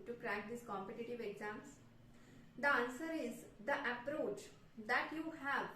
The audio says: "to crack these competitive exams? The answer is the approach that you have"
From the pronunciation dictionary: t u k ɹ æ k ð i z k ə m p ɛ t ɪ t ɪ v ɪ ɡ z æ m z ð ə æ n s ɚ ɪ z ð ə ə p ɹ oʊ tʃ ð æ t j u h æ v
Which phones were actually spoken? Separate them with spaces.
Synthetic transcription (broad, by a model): t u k ɹ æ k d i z k ə m p ɛ t ɪ t ɪ v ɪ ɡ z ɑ m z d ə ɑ n s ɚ ɪ z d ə ə p ɹ oʊ tʃ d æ t j u h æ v